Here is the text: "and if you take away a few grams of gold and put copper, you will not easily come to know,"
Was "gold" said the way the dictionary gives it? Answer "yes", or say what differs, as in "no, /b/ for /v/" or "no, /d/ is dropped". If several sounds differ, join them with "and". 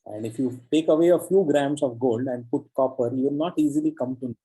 yes